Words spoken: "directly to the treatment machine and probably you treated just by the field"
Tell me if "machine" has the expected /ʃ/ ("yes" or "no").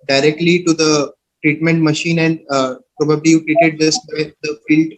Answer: yes